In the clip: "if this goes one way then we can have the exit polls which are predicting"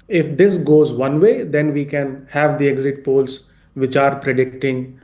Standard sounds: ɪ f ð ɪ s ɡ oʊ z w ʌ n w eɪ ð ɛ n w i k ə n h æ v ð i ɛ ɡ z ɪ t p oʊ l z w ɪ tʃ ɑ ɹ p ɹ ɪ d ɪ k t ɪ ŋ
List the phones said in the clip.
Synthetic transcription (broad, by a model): ɪ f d ɪ s ɡ oʊ z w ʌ n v eɪ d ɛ n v i k ə n h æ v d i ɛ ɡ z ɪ t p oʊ l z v ɪ tʃ ɑ ɹ p ɹ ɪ d ɪ k t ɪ ŋ